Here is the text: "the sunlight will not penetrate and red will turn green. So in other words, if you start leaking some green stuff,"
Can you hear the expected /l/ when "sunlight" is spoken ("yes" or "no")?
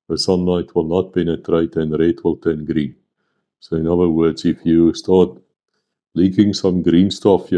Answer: yes